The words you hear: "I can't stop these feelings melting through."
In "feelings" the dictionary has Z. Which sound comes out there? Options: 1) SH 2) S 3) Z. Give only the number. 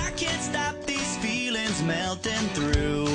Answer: 3